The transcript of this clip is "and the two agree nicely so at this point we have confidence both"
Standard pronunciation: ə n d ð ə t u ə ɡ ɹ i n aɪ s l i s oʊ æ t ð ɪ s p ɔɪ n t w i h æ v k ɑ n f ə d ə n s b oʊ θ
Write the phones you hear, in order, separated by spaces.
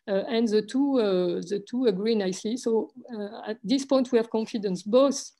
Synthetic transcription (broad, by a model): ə n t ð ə t u ə ɡ ɹ i n aɪ s l i s oʊ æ t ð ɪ s p ɔɪ n t w i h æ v k ɑ n f ə d ə n s b oʊ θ